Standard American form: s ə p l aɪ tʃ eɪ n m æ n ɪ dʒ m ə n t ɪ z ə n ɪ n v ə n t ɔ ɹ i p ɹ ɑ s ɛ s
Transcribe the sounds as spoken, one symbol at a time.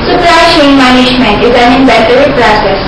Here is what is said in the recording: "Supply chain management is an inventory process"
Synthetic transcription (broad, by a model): s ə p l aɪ ʃ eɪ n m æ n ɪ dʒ m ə n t ɪ z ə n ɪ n b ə t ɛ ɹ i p ɹ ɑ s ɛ s